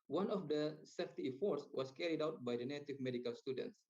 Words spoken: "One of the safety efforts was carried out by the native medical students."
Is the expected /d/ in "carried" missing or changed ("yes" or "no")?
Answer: no